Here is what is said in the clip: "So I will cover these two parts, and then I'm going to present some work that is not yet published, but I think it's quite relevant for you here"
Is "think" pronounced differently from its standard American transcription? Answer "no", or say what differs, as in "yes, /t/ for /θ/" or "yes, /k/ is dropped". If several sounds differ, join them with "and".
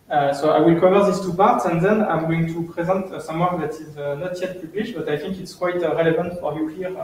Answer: no